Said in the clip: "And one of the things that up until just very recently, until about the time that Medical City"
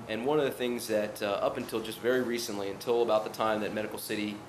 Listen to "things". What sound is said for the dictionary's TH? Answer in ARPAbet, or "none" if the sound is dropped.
TH